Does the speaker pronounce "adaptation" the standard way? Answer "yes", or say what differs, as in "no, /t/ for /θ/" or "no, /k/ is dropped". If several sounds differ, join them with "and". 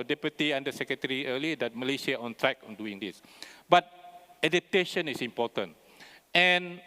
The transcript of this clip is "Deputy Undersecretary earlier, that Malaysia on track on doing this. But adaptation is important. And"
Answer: no, /p/ is dropped